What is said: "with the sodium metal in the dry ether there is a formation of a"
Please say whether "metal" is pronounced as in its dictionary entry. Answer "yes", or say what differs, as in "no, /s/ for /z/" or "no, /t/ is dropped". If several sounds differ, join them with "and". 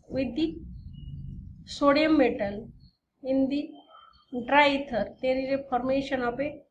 no, /n/ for /l/